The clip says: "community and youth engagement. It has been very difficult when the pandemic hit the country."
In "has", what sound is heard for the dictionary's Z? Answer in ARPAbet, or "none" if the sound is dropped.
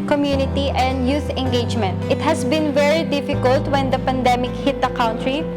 S